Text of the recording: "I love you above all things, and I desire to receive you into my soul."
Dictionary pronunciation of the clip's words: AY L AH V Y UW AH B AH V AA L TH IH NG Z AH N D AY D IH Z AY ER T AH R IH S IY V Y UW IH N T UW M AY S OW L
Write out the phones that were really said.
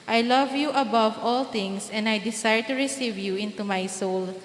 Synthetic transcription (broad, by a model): AY L AH V Y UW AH B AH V AA L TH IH NG S AH N D AY D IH S AY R T AH R IH S IY V Y UW IH N T UW M AY S OW L